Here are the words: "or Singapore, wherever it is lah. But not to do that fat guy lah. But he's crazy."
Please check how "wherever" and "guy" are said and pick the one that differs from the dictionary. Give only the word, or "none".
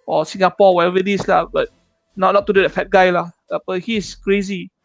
wherever